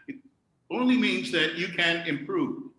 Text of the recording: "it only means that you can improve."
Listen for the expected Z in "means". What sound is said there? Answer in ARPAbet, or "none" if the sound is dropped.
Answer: Z